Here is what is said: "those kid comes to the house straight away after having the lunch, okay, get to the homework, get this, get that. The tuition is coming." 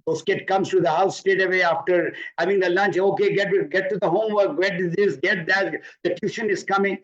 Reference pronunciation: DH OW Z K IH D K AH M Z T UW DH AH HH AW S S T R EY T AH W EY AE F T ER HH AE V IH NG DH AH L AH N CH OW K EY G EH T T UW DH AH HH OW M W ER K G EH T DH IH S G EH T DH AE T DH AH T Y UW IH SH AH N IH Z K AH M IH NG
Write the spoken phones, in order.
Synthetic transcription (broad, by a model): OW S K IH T K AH M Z T UW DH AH HH AW S S T EY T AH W EY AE F T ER HH AE V IH NG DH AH L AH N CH OW K EY G EH T T UW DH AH HH OW M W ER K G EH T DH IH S G EH T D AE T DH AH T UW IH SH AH N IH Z K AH M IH NG